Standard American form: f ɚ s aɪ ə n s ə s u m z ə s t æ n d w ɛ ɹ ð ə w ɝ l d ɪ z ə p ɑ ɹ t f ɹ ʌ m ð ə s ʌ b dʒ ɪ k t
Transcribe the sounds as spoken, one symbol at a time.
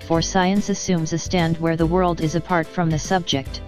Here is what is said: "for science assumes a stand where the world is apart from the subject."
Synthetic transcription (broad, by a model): f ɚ s aɪ ə n s ə s u m z ə s t æ n d w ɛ ɹ ð ə w ɝ l d ɪ z ə p ɑ ɹ t f ɹ ʌ m ð ə s ʌ b dʒ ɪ k t